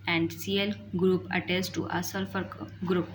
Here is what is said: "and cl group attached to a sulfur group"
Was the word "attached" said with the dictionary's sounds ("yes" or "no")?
no